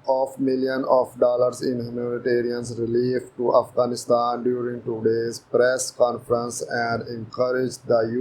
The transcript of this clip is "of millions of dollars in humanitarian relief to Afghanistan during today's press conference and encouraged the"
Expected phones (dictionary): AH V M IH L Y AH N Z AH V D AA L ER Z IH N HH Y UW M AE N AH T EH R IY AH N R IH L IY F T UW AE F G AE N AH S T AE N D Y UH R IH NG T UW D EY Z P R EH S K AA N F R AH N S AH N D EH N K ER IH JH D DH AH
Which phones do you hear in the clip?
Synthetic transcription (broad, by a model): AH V M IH L Y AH N AH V D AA L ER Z IH N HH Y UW M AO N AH T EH R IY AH N R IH L IY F T UW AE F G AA N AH S T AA N D Y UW R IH NG T UW D EY Z P R EH S K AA N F R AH N S AH N D EH N K ER IH JH D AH